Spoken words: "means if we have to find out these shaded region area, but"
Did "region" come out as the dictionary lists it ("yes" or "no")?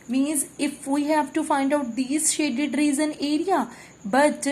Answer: no